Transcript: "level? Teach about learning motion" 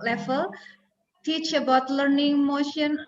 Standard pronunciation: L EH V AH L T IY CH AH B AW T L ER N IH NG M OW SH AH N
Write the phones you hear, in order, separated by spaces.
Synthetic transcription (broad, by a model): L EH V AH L T IY CH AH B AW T L ER N IH NG M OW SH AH N